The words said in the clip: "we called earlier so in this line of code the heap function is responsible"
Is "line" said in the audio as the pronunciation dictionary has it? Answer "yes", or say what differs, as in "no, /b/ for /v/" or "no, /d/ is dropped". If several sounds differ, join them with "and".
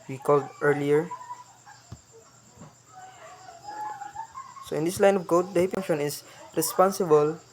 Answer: yes